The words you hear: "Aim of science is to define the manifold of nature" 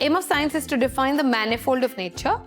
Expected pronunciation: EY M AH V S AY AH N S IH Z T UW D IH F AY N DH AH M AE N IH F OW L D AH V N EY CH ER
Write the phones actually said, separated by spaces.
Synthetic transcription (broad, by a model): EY M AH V S AY AH N S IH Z T UW D IH F AY N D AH M AE N IH F OW L D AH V N EY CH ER